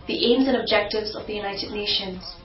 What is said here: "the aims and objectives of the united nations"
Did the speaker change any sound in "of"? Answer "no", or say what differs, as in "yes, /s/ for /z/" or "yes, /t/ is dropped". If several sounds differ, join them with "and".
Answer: no